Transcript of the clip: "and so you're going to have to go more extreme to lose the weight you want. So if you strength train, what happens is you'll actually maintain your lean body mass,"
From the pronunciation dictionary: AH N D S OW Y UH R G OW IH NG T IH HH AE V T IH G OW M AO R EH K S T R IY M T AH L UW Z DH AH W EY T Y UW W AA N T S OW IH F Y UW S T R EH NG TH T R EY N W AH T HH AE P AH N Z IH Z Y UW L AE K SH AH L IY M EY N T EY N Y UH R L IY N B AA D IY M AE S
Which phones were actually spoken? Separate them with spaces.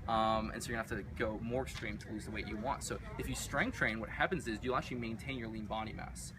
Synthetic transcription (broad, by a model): AH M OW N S OW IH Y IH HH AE F T IH G OW M AO R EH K S T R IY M T AH L UW Z DH AH W EY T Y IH W AA N T S OW IH F Y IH S T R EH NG T R EY N W AH T HH AE P AH N Z IH Z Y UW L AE K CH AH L IY M EY N T EY N Y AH R L IY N B AA D IY M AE S